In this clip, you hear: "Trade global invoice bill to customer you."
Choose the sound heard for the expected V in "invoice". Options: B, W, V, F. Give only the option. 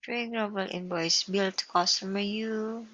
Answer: B